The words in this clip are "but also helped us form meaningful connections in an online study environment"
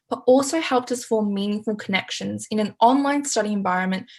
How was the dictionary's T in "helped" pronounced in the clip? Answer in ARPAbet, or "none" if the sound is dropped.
T